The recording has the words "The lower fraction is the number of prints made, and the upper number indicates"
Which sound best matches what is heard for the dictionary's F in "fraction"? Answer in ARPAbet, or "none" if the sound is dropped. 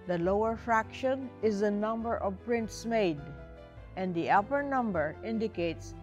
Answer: F